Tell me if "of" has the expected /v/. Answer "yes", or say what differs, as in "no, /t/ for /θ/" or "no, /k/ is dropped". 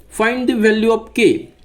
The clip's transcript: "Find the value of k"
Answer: no, /p/ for /v/